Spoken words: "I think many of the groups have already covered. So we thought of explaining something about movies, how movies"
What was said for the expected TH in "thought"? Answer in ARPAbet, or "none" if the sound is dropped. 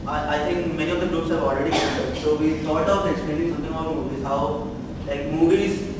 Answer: T